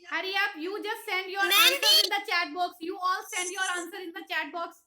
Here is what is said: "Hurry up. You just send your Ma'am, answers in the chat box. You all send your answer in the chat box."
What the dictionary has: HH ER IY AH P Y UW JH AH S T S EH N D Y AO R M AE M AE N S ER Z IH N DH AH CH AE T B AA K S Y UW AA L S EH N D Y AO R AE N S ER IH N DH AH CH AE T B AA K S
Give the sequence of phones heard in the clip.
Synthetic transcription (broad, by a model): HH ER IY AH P Y UW JH AH S T S EH N D Y AO R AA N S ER IH N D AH CH AE T B AA K S Y UW AA L S EH N D Y AO R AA N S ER IH N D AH CH AE T B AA K S